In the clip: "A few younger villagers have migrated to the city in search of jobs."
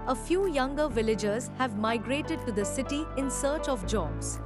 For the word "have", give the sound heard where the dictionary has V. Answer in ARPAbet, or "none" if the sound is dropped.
V